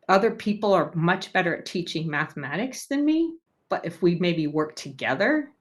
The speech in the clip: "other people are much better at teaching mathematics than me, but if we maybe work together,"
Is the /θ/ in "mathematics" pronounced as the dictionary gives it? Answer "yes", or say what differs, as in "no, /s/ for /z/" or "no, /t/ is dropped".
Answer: yes